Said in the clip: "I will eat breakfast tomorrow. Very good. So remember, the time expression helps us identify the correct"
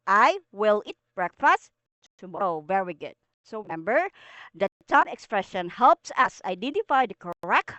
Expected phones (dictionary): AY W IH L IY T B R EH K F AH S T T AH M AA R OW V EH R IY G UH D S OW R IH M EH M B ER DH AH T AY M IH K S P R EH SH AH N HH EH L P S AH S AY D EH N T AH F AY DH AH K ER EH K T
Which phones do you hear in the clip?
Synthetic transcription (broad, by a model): AY W IH L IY T B R EH K F AH S T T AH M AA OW V EH R IY G UH D S OW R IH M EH M B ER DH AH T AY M IH K S P R EH SH AH N HH EH L P S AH S AY D EH N T AH F AY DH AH K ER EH K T